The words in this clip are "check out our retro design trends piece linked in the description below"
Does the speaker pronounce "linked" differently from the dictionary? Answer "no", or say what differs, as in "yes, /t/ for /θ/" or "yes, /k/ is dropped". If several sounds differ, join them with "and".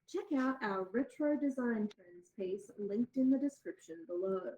no